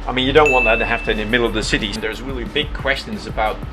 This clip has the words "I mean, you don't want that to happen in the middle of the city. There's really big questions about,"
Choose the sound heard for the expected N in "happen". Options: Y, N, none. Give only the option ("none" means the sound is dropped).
none